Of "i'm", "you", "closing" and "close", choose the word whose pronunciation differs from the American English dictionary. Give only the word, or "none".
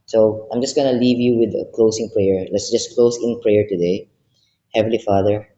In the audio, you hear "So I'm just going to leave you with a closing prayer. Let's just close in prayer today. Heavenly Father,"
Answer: closing